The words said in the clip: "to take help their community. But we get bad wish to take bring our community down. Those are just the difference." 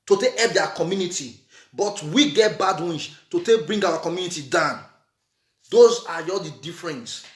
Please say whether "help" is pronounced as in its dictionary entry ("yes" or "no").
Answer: no